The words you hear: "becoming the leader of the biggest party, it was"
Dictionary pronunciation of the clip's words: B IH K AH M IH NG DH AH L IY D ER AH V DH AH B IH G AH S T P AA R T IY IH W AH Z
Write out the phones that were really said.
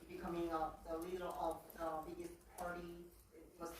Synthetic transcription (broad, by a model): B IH K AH M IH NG DH AH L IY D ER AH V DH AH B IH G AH S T P AA R T IY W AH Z